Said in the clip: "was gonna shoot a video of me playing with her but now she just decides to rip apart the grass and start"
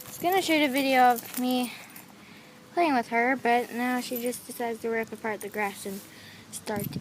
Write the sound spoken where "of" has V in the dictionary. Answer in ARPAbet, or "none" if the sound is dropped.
V